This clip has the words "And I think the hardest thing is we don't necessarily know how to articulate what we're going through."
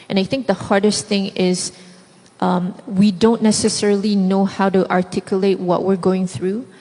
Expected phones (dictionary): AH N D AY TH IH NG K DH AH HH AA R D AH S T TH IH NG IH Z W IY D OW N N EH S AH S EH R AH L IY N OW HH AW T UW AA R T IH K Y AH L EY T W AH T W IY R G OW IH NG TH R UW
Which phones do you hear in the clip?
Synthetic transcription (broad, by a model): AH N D AY TH IH NG K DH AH HH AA R D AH S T TH IH NG IH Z W IY D OW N N EH S AH S EH R AH L IY N OW HH AW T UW AA R T IH K Y AH L EY T W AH T W IY R G OW IH NG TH R UW